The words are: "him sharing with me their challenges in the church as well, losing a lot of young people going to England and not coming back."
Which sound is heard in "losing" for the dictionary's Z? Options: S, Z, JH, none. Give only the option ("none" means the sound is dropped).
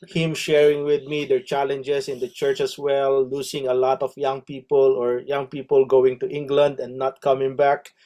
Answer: S